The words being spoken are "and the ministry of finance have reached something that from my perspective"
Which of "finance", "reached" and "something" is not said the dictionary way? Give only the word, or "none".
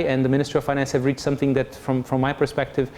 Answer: none